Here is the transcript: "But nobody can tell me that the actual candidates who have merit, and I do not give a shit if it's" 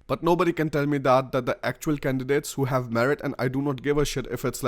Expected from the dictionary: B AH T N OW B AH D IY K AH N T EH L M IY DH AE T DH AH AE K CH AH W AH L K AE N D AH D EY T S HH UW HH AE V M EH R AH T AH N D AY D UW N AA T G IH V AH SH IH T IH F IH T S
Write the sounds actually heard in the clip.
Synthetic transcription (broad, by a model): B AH T N OW B AH D IY K AH N T EH L M IY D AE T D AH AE K CH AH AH L K AE N D AH D EY T S HH UW HH AE V M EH R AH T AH N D AY D UW N AA T G IH V AH SH IH T IH F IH T S